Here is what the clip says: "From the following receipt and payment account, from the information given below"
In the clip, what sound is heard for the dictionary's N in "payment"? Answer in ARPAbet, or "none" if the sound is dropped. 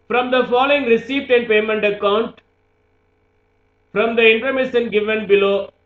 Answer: N